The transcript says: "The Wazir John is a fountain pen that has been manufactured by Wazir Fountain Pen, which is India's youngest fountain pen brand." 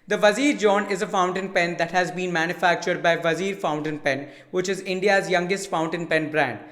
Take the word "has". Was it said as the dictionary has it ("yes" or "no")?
yes